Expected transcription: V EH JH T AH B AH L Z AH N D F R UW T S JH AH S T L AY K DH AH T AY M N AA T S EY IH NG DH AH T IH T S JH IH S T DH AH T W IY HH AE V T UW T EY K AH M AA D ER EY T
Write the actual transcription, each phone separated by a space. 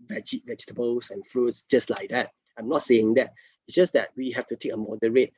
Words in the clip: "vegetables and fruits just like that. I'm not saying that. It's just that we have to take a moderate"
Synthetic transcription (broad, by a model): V EH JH T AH B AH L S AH N F R UW T S JH AH S T L AY K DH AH T AY M N AA T S EY IH NG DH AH T IH T S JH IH S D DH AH T W IY HH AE F T UW T EY K AH M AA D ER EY T